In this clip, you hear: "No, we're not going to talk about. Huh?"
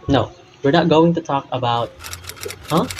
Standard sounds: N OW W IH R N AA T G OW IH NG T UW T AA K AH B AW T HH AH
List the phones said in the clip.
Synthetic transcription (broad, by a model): N OW W IH R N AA T G OW IH NG T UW T AA K AH B AW T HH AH